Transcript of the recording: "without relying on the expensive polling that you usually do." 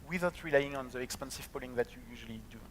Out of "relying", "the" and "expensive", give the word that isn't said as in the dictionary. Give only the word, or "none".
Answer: none